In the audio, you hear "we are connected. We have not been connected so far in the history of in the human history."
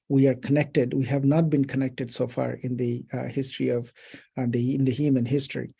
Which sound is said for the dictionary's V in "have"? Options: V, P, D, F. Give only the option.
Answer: V